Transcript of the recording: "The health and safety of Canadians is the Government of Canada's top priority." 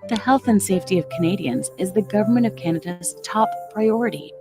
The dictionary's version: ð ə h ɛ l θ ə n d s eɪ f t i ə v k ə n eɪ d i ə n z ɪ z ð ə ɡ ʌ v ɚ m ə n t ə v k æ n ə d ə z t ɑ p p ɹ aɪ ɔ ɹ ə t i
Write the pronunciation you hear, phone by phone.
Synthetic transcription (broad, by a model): ð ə h ɛ l θ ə n s eɪ f t i ə v k ə n eɪ d i ə n z ɪ z ð ə ɡ ʌ v ɚ m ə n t ə v k æ n ə d ə z t ɑ p p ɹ aɪ ɔ ɹ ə t i